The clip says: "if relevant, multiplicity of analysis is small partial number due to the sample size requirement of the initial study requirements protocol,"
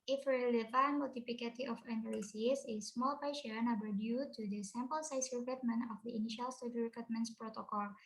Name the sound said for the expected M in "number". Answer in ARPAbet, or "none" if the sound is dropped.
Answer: none